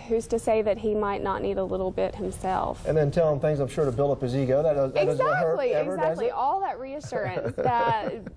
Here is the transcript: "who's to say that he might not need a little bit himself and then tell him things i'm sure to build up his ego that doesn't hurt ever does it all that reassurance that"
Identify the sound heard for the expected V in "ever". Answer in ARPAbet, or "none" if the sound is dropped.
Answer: none